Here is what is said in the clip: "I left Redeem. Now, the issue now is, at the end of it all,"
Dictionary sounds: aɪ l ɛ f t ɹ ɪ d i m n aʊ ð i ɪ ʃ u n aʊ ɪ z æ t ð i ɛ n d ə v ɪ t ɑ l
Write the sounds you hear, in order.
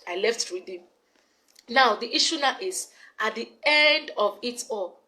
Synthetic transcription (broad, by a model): aɪ l ɛ f t w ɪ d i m n aʊ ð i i ʃ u n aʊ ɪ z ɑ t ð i ɛ n d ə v ɪ t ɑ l